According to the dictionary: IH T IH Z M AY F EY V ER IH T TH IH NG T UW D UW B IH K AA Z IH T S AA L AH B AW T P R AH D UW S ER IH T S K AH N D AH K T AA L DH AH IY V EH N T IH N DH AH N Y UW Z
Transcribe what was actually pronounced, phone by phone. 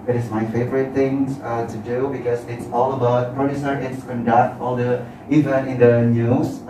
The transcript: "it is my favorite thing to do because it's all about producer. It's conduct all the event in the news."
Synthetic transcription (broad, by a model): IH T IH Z M AY F EY V ER IH T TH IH NG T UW D UW B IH K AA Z IH T S AA L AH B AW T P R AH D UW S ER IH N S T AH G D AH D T AA L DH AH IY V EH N IH N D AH N Y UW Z